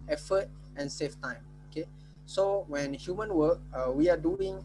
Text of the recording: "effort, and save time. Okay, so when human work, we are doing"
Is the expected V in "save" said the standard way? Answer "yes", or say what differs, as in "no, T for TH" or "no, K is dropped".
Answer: no, F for V